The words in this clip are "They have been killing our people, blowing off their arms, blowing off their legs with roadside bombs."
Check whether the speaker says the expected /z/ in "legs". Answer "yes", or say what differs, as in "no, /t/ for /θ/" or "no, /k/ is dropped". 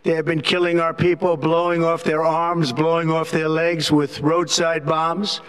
yes